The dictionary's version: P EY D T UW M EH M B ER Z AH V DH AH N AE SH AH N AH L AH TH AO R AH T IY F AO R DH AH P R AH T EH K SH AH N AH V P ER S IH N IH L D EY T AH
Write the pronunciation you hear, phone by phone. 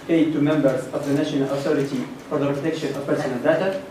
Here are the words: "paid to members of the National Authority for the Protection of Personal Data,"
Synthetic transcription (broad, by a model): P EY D T UW M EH M B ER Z AH V DH AH N AE SH AH N AH L AH TH AO R AH T IY F AO R DH AH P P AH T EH K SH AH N AH V P ER S IH N IH L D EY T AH